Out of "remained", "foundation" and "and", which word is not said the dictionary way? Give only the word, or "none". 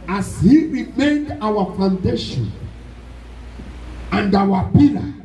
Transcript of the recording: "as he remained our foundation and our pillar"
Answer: none